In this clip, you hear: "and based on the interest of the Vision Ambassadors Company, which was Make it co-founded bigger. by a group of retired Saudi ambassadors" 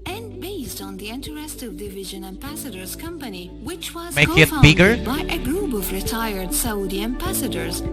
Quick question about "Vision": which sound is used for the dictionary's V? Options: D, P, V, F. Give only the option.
V